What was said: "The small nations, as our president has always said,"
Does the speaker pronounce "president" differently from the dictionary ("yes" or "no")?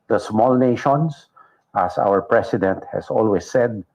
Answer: yes